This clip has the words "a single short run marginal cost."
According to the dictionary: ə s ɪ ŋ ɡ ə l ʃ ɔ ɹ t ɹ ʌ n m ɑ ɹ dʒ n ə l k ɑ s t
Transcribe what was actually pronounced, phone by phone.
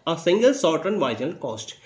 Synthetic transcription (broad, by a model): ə s ɪ ŋ ɡ ə l s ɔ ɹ t ɹ ʌ n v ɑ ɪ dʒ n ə l k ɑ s t